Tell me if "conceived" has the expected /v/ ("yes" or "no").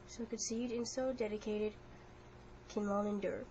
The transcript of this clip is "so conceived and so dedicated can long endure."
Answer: no